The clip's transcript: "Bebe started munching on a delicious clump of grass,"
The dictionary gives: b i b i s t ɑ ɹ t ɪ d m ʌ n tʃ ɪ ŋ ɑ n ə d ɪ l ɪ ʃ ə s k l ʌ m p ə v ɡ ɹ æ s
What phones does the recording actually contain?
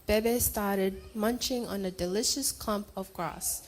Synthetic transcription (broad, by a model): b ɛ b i s t ɑ ɹ t ɪ d m ʌ n tʃ ɪ ŋ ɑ n ə d ɪ l ɪ ʃ ə s k l ʌ m p ə v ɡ ɹ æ s